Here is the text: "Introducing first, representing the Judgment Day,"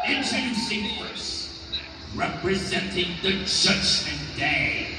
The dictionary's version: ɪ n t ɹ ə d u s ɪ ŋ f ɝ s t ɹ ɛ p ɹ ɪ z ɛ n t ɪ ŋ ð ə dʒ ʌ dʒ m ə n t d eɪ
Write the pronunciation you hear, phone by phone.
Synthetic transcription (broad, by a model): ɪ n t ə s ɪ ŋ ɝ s ɹ ɛ p ɹ ɪ z ɛ n t ɪ ŋ ð ə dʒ ʌ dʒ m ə n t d eɪ